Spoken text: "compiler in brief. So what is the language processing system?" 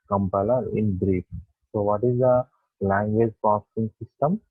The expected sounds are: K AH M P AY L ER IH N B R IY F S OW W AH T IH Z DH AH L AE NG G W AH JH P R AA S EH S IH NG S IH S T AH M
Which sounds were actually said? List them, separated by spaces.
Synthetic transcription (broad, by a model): K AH M P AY L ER IH N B R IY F S OW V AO T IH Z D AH L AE NG G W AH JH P AA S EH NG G S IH S T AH M